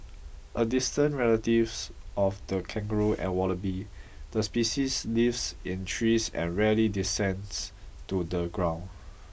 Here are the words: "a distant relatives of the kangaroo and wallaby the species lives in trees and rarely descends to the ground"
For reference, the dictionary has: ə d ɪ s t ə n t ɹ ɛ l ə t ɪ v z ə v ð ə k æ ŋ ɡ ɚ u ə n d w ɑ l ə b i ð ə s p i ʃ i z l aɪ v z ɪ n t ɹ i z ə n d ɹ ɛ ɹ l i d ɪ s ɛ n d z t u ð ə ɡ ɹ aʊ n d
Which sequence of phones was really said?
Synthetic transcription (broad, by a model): ə d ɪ s t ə n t ɹ ɛ l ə t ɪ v s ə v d ə k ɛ ŋ ɡ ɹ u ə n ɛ w ɑ l ə b i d ə s p i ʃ i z l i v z ɪ n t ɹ i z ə n ɹ ɛ l i d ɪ s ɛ n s t u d ə ɡ ɹ aʊ n